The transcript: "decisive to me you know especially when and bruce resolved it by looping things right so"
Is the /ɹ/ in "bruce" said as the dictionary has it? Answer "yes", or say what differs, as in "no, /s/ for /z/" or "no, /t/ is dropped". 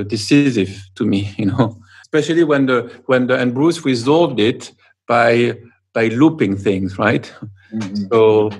yes